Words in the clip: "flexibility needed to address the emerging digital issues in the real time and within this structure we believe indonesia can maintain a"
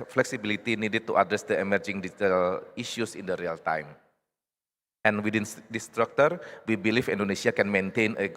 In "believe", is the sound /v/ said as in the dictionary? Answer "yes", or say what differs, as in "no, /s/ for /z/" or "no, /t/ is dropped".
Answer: no, /f/ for /v/